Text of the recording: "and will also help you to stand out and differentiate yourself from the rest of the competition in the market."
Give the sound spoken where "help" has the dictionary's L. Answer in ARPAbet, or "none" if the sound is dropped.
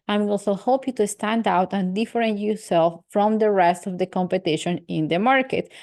none